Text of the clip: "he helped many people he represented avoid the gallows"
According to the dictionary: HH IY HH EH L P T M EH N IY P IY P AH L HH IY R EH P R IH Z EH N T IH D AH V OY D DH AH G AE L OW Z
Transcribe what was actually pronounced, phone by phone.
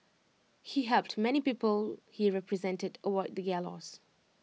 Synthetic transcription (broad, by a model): HH IY HH EH L P T M EH N IY P IY P AH L HH IY R EH P R IH Z EH N T IH D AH W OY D DH AH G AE L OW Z